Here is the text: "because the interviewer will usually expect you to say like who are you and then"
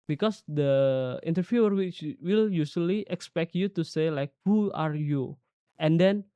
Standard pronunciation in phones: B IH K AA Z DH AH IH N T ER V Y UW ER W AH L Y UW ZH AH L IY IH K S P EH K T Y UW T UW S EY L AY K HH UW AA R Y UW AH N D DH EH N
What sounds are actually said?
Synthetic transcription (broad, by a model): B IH K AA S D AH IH N T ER F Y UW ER W AH L Y UW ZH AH L IY IH K S P EH K T Y UW T UW S EY L AY K HH UW AA R Y UW AH N D EH N